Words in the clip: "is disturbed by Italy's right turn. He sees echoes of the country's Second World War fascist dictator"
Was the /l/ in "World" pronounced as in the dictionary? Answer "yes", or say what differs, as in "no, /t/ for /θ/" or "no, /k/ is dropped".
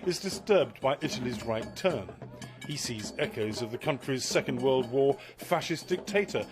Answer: yes